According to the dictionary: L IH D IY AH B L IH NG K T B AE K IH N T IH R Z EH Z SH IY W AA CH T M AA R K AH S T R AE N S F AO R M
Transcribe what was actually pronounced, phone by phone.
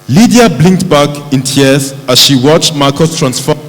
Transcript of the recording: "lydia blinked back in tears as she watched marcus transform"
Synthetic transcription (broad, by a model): L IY D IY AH B L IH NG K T B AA K IH N T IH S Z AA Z SH IY W AA CH T M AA K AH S T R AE N S F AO